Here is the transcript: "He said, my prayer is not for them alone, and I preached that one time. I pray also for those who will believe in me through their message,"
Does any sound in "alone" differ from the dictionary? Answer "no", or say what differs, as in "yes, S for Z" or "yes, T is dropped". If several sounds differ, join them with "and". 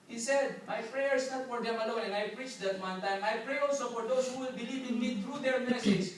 yes, N is dropped